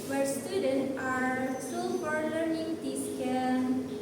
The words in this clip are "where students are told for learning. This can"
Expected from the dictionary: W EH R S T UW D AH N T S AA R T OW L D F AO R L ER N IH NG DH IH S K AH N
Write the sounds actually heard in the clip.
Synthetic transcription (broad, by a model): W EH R S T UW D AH N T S AA R S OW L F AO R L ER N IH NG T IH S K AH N